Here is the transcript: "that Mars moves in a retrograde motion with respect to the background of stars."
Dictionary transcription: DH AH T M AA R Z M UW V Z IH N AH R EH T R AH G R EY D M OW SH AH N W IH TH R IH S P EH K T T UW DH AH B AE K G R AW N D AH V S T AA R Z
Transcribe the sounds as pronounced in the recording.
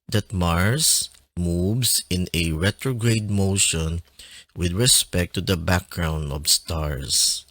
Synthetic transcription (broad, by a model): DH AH T M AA R S M UW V S IH N AH R EH T R AH G R EY D M OW SH AH N W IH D R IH S P EH K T T UW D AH B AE K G R AW N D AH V S T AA R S